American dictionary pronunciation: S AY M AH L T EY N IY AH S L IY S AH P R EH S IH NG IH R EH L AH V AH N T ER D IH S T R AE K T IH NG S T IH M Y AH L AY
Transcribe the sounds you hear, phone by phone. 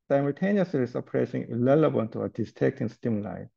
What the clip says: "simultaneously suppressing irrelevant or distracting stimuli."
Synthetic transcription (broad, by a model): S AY M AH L T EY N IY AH S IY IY S AH P R EH S IH NG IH L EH L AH B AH L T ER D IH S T EH K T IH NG S T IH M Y L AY